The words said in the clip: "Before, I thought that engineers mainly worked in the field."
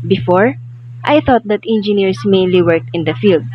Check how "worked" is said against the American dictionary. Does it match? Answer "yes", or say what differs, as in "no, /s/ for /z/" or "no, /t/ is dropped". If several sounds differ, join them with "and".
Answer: yes